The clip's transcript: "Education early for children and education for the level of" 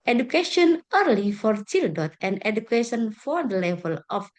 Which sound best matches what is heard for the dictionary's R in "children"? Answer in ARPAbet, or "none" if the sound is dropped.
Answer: none